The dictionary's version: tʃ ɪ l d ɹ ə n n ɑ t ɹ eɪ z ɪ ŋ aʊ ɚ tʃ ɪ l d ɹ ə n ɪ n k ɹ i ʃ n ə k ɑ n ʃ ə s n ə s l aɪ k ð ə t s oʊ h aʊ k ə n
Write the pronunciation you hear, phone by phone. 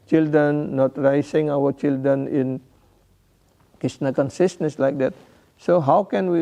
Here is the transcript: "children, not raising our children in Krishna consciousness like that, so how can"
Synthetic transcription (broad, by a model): tʃ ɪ l d ɹ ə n n ɑ t ɹ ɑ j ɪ ŋ aʊ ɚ tʃ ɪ l d ɹ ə n ɪ n k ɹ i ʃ n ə k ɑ n s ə s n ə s l aɪ k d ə t s oʊ h aʊ k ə n